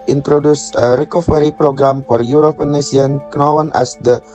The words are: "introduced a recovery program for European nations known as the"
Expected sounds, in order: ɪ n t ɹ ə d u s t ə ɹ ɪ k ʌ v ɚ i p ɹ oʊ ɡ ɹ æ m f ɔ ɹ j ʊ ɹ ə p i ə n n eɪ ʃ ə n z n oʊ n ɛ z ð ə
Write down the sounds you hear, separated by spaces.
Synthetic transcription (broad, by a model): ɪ n t ɹ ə d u s ə ɹ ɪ k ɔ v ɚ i p ɹ oʊ ɡ ɹ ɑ m f ɔ ɹ j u ɹ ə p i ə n n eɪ s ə n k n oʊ n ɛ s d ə